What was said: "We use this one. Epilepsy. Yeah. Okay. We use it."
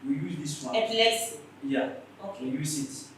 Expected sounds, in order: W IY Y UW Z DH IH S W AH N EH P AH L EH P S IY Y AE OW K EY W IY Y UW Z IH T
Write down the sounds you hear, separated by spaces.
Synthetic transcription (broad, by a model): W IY Y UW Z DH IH S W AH EH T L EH S Y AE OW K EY W IY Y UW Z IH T